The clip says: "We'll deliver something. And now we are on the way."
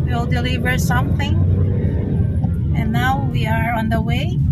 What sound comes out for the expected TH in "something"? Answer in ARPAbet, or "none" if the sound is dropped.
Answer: TH